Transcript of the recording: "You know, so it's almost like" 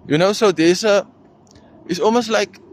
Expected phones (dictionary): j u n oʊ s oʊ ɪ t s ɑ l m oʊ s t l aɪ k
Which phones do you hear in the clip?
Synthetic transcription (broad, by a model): j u n oʊ s oʊ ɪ s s ɑ l m oʊ s t l aɪ k